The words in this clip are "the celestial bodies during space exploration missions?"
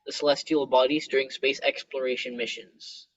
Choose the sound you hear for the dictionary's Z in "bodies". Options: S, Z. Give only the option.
Z